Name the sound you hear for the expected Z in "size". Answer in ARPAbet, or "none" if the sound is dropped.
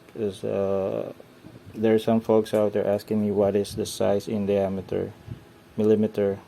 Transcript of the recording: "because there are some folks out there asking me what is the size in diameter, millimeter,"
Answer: S